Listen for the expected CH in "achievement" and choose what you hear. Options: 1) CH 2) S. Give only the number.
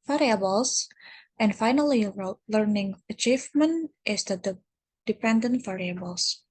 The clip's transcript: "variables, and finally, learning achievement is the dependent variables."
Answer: 1